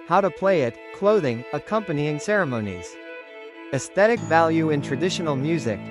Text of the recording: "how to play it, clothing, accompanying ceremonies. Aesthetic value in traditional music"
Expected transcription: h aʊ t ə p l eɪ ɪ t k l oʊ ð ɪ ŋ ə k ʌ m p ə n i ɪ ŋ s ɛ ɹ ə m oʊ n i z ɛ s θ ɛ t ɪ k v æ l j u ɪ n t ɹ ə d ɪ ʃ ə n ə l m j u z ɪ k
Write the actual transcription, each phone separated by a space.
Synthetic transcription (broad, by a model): h aʊ t ə p l eɪ ɪ t k l oʊ ð ɪ ŋ ə k ʌ m p ə n i ɪ ŋ s ɛ ɹ ə m oʊ n i z ɛ s θ ɛ t ɪ k v æ l j u ɪ n t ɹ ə d ɪ ʃ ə n l m j u z ɪ k